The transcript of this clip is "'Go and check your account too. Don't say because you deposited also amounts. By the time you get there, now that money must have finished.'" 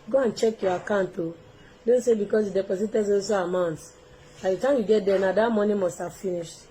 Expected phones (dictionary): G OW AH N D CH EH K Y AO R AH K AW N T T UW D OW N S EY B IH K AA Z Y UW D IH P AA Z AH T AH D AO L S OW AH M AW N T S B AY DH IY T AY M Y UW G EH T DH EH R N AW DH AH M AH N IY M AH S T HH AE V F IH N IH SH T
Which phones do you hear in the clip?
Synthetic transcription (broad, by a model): G OW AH N CH EH K Y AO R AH K AW N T T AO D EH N S EY B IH K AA S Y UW D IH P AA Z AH T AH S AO S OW AH M AW N T S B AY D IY T AY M Y UW G EH T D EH N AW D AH M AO N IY M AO S T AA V F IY N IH SH T